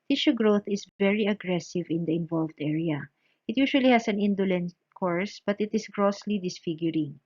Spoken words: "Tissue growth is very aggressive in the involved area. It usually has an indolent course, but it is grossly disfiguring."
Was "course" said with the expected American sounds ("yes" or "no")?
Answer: yes